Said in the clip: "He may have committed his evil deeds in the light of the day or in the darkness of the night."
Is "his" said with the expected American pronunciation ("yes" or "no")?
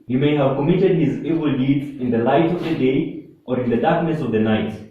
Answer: yes